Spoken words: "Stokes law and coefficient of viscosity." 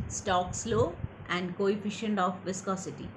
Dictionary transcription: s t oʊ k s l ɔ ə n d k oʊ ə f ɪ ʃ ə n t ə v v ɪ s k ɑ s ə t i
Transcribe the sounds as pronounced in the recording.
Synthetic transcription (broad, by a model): s t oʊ k s l ɔ ə n d k oʊ ə f ɪ ʃ ə n t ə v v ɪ s k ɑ s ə t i